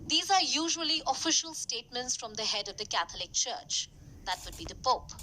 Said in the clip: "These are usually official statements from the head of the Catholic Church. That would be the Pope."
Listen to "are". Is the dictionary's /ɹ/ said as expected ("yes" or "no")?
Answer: yes